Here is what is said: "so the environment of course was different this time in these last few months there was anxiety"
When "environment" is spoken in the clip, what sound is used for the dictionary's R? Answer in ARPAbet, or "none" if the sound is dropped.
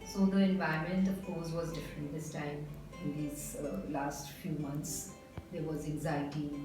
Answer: none